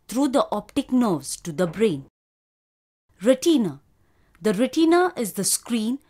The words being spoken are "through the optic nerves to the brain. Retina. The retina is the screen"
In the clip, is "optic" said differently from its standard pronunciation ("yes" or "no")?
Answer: no